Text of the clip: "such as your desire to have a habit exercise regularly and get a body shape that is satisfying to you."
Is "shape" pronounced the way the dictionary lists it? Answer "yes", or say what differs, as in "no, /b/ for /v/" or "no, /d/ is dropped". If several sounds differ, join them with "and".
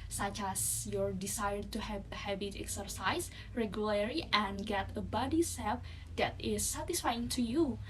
no, /s/ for /ʃ/